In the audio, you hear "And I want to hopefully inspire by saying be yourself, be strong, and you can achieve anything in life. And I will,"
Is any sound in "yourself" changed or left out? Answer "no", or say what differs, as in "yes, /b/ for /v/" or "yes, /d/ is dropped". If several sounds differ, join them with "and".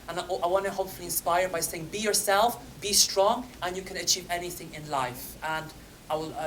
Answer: no